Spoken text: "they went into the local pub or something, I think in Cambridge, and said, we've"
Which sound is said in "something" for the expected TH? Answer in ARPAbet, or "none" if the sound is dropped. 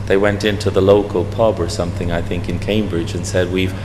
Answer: TH